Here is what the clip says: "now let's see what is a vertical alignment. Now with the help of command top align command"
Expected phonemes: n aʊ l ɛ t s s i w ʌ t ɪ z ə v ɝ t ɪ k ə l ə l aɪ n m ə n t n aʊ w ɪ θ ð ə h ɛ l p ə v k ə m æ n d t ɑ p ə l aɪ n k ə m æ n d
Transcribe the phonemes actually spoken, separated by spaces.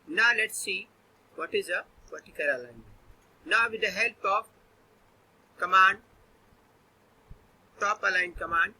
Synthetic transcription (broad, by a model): n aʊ l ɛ t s s i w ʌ t ɪ z ə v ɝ t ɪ k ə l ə l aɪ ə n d n aʊ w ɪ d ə h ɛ l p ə p k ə m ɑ n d t ɑ p ə l aɪ n k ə m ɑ n d